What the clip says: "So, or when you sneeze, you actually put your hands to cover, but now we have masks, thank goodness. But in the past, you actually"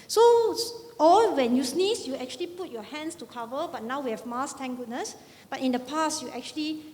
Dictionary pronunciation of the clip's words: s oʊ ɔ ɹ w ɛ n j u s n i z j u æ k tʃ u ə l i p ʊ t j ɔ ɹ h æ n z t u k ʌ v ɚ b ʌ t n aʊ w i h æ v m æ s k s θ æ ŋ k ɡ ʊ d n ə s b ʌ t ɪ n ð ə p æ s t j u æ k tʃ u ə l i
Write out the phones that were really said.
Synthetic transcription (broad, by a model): s oʊ ɔ l w ɛ n j u s n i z j u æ k tʃ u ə l i p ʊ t j ɔ h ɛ n s t u k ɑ v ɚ b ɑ t n aʊ w i h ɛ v m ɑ s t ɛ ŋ ɡ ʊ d n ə s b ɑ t ɪ n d ə p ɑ s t j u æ k tʃ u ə l i